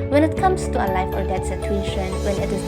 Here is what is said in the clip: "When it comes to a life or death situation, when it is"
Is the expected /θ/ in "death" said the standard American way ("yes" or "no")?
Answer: no